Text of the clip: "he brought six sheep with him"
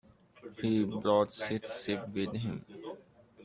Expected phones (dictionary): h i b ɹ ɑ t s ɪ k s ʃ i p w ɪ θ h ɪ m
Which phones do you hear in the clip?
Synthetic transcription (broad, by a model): h i b ɹ ɑ t s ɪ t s s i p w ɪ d h ɪ m